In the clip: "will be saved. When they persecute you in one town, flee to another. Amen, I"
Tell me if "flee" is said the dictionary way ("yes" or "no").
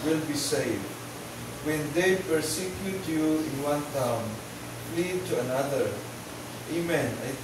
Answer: no